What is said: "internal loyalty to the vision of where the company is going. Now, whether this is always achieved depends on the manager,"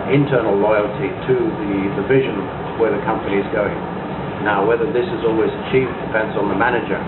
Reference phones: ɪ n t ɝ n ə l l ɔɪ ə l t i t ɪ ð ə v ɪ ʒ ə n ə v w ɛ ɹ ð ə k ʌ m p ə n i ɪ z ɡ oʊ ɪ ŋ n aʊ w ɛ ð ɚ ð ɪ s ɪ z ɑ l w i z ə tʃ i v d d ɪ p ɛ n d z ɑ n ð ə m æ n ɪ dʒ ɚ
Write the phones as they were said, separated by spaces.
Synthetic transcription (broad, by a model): ɪ n t ɝ n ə l l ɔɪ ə l t i t ɪ ð ə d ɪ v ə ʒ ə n w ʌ ɹ ð ə k ʌ m p ə n i ɪ z ɡ oʊ ɪ ŋ n aʊ w ɛ ð ɚ ð ɪ s ɪ z ɑ l w i z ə tʃ i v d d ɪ f ɛ n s n ð ə m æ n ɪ dʒ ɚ